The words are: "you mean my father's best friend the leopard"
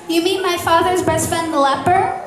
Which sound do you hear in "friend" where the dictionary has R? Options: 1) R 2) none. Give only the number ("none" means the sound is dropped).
2